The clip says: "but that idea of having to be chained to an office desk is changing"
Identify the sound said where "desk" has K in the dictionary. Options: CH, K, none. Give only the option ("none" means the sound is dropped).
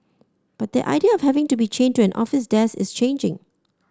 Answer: none